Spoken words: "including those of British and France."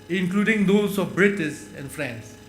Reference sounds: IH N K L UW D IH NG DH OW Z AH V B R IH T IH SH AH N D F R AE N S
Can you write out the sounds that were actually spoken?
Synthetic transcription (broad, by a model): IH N K L UW D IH NG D OW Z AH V B R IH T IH S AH N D F R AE N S